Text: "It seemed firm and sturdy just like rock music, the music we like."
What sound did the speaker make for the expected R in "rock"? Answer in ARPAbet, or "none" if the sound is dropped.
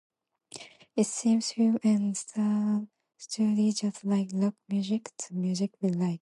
L